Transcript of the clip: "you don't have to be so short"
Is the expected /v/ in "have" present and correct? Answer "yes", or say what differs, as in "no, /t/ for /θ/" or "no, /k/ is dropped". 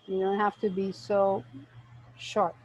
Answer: no, /f/ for /v/